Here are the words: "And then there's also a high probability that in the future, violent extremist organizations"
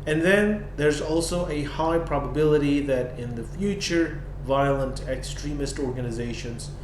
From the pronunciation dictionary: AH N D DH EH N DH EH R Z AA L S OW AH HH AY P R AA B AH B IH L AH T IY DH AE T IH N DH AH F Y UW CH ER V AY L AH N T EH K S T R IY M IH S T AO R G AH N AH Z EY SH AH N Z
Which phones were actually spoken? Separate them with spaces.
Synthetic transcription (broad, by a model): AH N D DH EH N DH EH R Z AA L S OW AH HH AY P R AA B AH B IH L AH T IY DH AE T IH N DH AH F Y UW CH ER V AY L AH N T EH K S T R IY M IH S T AO R G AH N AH Z EY SH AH N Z